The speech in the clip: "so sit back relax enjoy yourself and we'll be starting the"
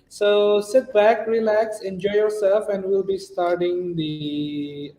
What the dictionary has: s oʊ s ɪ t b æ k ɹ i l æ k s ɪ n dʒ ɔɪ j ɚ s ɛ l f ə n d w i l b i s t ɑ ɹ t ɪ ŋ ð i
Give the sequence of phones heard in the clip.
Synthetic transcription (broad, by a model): s oʊ s ɪ t b æ k ɹ i l æ k s ɪ n dʒ ɔɪ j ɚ s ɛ l f ə n d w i l b i s t ɑ ɹ t ɪ ŋ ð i